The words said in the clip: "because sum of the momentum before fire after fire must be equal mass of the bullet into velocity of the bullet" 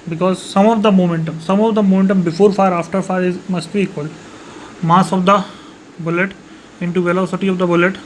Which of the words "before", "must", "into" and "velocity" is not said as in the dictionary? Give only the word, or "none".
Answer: none